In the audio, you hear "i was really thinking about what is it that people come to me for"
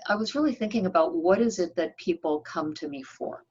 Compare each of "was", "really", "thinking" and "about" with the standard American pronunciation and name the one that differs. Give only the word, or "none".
none